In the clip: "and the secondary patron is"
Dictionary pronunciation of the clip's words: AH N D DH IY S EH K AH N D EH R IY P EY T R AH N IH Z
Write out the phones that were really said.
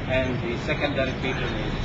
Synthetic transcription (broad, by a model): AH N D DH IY S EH K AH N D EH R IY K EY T AH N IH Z